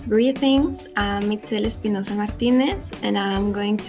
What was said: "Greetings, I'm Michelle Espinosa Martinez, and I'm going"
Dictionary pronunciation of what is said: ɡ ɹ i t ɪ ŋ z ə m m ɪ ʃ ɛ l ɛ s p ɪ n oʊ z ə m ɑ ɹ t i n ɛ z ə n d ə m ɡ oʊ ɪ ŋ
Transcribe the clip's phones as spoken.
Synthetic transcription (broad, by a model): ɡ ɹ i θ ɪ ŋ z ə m m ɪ s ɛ l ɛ s p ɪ n oʊ s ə m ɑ ɹ t i n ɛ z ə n ə m ɡ oʊ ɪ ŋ